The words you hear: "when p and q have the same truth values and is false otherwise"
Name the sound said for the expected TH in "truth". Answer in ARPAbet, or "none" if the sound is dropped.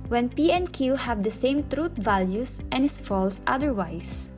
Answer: T